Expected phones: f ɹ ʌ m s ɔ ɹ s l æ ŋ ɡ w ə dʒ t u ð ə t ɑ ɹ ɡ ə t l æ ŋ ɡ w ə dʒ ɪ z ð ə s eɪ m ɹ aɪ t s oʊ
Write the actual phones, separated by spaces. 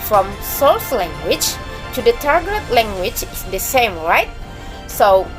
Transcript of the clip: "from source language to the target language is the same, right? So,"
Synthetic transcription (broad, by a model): f ɹ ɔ m s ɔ l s l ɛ ŋ ɡ w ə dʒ t u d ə t ɑ ɹ ɡ ə t l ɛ ŋ ɡ w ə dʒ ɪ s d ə s eɪ m ɹ aɪ t s oʊ